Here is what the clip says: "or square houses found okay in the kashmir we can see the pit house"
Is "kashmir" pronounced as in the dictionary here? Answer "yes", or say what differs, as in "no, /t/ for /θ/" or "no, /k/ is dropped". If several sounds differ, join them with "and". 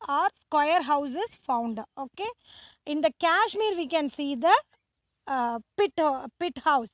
yes